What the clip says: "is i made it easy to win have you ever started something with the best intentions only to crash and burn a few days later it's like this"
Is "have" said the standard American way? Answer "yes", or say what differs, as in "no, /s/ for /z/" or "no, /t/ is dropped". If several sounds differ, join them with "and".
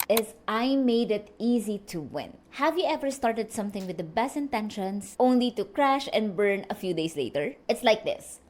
yes